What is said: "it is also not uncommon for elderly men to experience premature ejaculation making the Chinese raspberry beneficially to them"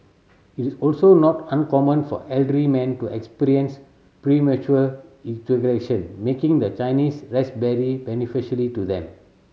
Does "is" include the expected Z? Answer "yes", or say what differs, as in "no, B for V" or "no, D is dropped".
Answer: no, S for Z